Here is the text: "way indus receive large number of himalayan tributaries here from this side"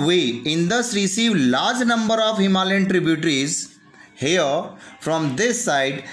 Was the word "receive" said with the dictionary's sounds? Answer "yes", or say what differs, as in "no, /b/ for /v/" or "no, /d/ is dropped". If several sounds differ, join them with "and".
yes